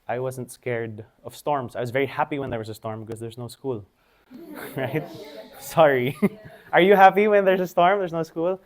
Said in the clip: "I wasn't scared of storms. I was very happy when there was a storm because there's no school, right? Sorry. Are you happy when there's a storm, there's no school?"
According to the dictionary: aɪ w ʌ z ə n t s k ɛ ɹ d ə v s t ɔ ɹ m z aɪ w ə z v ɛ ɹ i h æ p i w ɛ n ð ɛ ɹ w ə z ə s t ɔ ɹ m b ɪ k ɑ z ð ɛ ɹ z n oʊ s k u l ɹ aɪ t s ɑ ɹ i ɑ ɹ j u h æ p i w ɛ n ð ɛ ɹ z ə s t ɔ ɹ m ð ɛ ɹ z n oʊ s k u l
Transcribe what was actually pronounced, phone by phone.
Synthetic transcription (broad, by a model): aɪ w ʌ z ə n t s k ɛ ɹ d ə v s t ɔ ɹ m s aɪ w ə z v ɛ ɹ i h æ p i w ɛ n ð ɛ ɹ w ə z ə s t ɔ ɹ m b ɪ k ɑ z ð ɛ ɹ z n oʊ s k u l ɹ aɪ t s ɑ ɹ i ɑ ɹ j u h æ p i w ɛ n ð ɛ ɹ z ə s t ɔ ɹ m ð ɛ ɹ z n oʊ s k u l